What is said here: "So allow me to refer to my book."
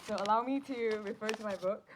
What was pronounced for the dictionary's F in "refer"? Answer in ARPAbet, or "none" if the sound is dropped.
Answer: F